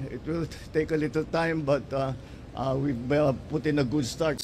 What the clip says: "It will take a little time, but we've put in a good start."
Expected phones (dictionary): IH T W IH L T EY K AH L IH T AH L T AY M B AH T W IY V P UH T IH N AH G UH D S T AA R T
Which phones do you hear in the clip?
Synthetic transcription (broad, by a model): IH T W IH L T EY K AH L IH T AH L T AY M B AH T W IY B P UH T IH N AH G UH D S T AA R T